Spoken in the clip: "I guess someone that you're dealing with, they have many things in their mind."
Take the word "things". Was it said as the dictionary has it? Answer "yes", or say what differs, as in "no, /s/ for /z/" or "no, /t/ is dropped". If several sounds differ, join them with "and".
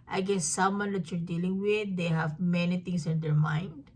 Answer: no, /t/ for /θ/